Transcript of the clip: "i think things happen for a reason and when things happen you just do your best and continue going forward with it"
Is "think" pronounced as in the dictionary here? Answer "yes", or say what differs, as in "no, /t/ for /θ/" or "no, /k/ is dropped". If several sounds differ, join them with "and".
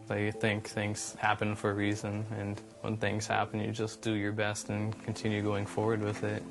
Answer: yes